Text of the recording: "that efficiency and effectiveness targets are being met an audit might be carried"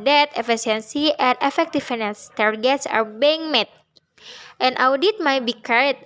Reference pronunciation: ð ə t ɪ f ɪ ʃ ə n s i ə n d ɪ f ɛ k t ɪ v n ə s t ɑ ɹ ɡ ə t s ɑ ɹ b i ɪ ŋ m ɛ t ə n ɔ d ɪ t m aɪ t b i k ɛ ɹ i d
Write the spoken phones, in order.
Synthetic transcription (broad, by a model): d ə t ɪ f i s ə n s i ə n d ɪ f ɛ k t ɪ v n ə s t ɑ ɹ ɡ ə t s ɑ ɹ b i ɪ ŋ m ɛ t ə n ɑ d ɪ t m aɪ t b i k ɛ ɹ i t